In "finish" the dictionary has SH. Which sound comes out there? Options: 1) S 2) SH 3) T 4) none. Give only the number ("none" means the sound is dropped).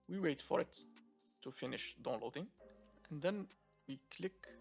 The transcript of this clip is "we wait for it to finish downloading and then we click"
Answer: 2